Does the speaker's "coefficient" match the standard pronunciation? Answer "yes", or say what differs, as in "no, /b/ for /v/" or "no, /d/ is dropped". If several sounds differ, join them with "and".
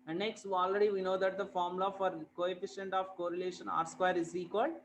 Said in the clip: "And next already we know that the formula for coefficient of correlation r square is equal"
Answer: yes